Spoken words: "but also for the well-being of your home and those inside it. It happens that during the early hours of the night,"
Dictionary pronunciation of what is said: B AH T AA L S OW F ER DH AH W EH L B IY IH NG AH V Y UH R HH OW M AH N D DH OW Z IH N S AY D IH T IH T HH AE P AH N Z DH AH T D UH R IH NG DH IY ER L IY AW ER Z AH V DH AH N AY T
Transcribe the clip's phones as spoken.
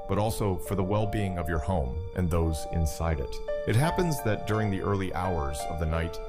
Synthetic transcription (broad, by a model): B AH T AA L S OW F ER DH AH W EH L B IY IH NG AH V Y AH R HH OW M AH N DH OW Z IH N S AY D IH T IH T HH AE P AH N Z DH AH T D UH R IH NG DH IY ER L IY AW ER Z AH V DH AH N AY T